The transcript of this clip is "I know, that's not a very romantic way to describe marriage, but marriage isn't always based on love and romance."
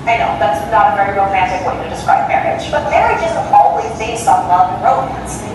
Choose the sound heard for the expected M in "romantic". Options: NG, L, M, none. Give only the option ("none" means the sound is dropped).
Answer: none